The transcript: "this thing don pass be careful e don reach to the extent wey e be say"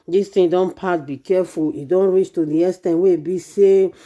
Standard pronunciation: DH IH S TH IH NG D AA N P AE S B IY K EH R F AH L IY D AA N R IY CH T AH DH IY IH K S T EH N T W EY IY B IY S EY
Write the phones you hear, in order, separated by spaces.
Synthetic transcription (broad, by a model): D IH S T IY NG D AA N P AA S B IY K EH F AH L IY D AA N R IY CH T AH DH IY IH S T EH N W EY IY B IY S EY